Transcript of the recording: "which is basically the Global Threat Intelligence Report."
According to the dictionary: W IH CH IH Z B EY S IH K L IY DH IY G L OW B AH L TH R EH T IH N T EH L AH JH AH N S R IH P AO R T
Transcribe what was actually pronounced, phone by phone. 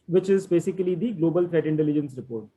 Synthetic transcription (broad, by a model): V IH CH IH Z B EY S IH K L IY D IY G L OW B AH L F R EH T IH N T EH L AH JH AH N S R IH P AO R T